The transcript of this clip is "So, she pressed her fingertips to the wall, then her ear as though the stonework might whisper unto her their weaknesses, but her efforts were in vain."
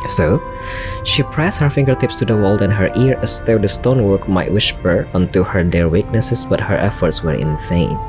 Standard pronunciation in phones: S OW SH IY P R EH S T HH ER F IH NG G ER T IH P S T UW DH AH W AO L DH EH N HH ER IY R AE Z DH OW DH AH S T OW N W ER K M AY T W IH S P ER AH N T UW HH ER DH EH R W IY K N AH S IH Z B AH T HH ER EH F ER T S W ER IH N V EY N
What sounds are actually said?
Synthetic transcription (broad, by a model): S OW SH IY P R EH S T HH ER F IH NG G ER T IH P S T UW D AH W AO L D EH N HH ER IY R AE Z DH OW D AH S T OW N W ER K M AY T W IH SH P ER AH N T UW HH ER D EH R W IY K N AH S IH S B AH T HH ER EH F ER T S W ER IH N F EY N